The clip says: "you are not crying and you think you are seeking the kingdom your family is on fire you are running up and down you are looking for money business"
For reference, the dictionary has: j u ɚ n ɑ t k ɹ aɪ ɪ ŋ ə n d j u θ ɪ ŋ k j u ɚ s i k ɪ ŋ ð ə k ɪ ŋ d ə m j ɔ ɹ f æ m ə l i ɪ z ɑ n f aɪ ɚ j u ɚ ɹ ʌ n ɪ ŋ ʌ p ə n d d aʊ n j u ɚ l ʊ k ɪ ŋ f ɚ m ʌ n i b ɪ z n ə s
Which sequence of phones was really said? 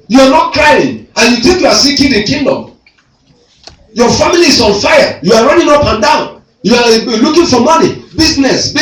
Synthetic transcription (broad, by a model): j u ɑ n ɑ t k ɹ aɪ ɪ ŋ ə n j u t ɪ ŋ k j u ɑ s i k ɪ ŋ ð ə k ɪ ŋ d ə m j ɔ f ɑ m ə l i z ɑ n f aɪ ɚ j u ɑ ɹ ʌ n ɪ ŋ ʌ p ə n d d aʊ n j u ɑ l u k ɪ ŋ f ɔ m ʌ n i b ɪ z n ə s